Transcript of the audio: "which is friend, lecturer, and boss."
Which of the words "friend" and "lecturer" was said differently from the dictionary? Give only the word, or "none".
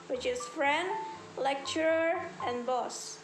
none